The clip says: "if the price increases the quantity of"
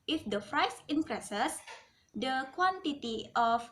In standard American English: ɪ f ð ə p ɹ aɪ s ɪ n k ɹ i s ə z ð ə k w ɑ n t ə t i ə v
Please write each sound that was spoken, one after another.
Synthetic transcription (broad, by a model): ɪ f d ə f ɹ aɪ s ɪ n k ɹ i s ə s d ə k w ɑ n t ə t i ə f